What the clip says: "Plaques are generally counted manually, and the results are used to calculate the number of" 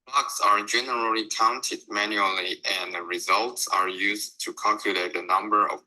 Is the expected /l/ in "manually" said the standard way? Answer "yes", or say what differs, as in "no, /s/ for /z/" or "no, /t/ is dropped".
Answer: yes